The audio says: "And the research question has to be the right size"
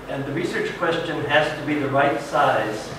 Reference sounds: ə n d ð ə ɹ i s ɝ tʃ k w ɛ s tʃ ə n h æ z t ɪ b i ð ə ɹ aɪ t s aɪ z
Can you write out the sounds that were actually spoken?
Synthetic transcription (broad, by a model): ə n ð ə ɹ i s ɝ tʃ k w ɛ s tʃ ə n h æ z t ɪ b i ð ə ɹ aɪ t s aɪ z